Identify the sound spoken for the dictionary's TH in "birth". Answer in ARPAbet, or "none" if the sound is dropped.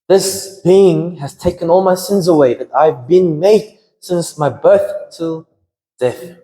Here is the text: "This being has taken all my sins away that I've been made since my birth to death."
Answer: TH